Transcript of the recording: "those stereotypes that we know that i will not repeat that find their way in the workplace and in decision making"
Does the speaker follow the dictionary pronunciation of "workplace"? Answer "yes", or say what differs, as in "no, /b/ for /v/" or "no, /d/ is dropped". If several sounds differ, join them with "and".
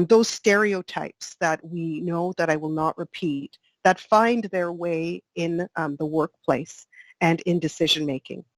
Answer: yes